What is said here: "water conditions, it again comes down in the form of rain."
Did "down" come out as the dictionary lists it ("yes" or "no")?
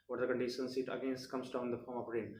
no